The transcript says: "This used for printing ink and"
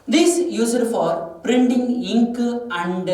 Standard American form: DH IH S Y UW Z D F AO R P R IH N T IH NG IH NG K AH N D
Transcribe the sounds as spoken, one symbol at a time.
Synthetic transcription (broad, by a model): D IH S Y UW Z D F AO R P R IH N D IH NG IH NG K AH N D